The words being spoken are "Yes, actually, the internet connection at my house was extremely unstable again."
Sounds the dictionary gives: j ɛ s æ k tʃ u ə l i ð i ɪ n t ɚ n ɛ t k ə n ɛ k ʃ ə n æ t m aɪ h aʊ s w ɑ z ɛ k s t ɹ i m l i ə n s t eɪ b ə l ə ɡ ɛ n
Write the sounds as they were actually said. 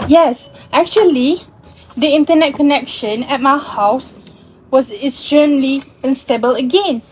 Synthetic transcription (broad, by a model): j ɛ s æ k tʃ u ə l i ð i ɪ n t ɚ n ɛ t k ə n ɛ k ʃ ə n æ t m aɪ h aʊ s w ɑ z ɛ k s t ɹ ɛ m l i ə n s t eɪ b ə l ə ɡ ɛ n